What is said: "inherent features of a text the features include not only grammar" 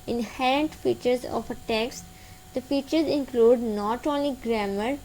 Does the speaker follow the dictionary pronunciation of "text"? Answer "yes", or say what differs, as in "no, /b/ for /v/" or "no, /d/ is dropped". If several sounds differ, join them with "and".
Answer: yes